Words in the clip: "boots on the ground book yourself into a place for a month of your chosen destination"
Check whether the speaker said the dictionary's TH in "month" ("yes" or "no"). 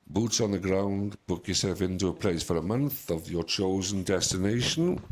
yes